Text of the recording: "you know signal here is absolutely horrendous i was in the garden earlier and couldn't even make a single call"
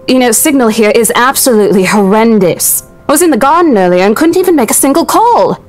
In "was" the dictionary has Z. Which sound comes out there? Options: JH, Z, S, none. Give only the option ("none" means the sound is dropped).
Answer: Z